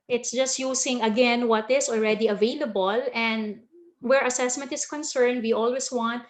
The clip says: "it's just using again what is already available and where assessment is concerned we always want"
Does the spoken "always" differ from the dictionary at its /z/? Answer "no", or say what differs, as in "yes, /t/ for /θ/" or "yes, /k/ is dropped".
yes, /s/ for /z/